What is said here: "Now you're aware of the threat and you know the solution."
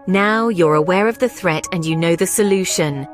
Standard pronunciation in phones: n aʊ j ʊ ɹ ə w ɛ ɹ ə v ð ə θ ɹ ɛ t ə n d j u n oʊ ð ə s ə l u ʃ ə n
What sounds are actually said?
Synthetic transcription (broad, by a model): n aʊ j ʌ ɹ ə w ɛ ɹ ə v ð ə θ ɹ ɛ t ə n j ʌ n oʊ ð ə s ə l u ʃ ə n